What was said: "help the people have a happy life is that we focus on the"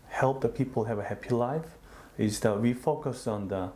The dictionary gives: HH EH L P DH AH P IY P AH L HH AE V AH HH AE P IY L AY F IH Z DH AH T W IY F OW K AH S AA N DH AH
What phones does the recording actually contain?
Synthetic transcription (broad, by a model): HH EH L P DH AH P IY P AH L HH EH V AH HH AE P IY L AY F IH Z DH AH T W IY F OW K AH S AA N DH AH